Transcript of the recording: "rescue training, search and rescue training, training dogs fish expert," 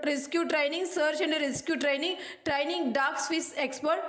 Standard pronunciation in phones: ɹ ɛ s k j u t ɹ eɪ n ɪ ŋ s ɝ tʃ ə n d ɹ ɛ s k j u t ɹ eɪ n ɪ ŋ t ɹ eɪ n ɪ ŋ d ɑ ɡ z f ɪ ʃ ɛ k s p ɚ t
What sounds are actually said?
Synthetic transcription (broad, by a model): ɹ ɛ s k j u t ɹ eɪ n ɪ ŋ s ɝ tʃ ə n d ɹ ɛ s k j u t ɹ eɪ n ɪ ŋ t ɹ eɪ n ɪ ŋ d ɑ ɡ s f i s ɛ k s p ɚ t